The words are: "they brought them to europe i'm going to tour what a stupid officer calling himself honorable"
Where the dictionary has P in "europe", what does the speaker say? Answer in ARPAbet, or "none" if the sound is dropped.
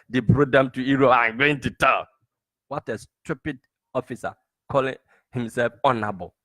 none